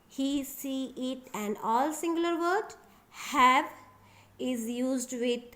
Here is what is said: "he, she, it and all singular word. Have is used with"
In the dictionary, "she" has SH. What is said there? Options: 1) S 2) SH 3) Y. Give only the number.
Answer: 1